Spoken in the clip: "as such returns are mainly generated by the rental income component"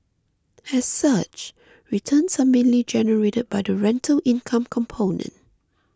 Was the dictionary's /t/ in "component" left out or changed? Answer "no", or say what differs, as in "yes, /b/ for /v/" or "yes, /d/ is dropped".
no